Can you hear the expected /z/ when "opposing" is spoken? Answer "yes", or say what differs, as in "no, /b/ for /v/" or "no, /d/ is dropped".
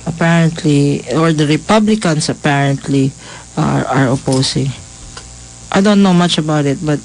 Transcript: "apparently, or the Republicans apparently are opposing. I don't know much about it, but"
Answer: no, /s/ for /z/